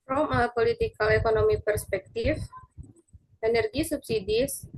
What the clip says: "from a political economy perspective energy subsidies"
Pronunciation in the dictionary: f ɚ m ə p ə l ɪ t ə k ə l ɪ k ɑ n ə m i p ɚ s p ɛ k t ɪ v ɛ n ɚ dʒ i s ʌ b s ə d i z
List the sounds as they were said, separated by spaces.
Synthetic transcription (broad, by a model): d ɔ m ə p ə l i t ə k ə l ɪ k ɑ n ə m i p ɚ s p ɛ k t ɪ f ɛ n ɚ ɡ i s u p s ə d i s